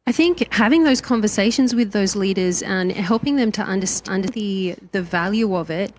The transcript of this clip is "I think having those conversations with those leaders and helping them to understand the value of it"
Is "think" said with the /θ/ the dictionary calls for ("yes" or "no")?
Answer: yes